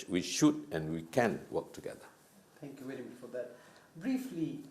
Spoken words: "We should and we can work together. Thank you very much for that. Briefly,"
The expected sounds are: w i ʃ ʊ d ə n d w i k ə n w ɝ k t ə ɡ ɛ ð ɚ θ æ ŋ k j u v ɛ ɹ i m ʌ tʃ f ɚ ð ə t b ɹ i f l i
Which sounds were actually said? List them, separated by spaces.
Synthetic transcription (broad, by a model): w i ʃ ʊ d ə n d w i k ə n w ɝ k t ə ɡ ɛ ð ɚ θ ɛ ŋ k j u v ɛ l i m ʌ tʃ f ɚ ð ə t b ɹ i f l i